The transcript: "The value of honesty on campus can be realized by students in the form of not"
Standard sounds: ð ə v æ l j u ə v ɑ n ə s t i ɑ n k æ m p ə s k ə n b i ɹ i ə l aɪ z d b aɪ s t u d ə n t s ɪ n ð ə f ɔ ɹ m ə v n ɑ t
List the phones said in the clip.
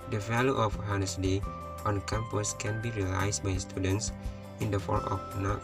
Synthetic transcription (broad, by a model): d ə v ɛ l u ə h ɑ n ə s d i ɑ n k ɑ m p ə s k ə n b i ɹ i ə l aɪ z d b aɪ s t u d ə n t s ɪ n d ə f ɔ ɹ ə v n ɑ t